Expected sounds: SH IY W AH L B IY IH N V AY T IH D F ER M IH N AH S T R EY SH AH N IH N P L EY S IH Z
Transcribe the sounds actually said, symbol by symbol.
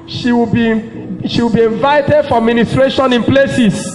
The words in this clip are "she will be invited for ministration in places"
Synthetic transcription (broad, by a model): SH IY W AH W B IY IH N V AY T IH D F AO M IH N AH S T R EY SH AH N IH N P L EY S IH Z